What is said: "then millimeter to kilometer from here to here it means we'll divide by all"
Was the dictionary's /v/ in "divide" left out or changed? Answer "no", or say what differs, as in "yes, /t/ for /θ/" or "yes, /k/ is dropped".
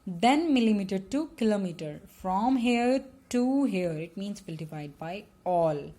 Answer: yes, /f/ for /v/